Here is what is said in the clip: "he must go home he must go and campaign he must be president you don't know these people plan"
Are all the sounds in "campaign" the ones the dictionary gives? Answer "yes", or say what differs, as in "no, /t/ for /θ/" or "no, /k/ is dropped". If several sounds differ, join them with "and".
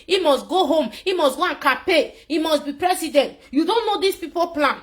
no, /m/ is dropped